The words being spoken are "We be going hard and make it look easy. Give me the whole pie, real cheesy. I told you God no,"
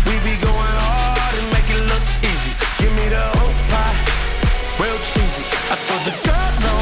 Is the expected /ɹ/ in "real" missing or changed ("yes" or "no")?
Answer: yes